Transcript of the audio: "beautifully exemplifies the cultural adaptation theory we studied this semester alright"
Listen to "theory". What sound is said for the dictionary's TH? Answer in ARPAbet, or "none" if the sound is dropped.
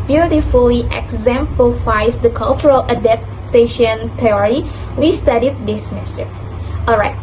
T